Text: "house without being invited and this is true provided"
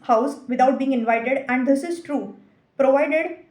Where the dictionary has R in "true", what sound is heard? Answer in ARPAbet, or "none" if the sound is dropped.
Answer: R